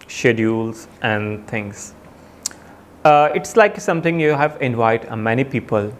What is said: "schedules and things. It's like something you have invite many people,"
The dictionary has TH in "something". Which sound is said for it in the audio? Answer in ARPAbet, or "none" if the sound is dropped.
T